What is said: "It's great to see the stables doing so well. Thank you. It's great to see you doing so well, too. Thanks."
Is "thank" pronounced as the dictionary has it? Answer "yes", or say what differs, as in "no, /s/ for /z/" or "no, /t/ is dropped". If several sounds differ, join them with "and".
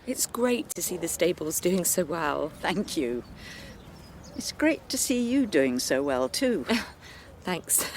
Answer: yes